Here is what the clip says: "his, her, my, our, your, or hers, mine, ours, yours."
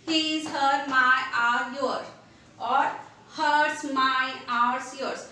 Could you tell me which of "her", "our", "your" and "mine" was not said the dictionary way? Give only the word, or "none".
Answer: mine